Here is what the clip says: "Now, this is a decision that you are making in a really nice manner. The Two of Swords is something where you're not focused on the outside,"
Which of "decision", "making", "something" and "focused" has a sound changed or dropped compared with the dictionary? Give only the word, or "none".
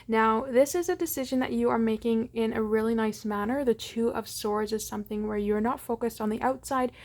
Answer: none